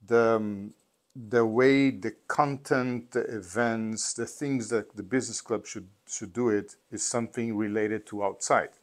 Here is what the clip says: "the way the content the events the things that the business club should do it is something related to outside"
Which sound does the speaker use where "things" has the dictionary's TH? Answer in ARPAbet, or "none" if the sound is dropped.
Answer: TH